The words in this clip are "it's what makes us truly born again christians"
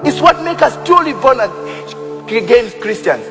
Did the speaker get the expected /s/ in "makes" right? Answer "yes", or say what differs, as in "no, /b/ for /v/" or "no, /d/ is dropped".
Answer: no, /s/ is dropped